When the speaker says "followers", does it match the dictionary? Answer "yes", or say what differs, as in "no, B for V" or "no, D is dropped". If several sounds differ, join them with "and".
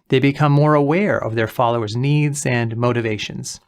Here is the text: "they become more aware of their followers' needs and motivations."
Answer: yes